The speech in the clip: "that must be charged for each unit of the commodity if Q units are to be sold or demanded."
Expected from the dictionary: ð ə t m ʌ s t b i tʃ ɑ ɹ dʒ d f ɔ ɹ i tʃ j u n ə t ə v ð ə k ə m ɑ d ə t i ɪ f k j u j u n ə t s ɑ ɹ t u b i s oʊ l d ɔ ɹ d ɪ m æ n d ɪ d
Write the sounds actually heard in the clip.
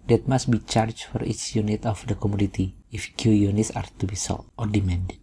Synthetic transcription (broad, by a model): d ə t m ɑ s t b i tʃ ɑ ɹ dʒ f ɔ ɹ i s j u n ə t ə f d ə k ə m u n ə t i ɪ f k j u j u n ə t s ɑ ɹ t u b i s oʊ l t ɔ ɹ d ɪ m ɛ n d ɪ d